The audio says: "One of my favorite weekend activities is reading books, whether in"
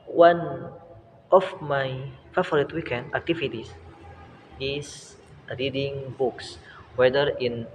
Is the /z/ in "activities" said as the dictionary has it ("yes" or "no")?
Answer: no